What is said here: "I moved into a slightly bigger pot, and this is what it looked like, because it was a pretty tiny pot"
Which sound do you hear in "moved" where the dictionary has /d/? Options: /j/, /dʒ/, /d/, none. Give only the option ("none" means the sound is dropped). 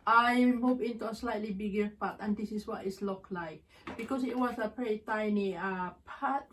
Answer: none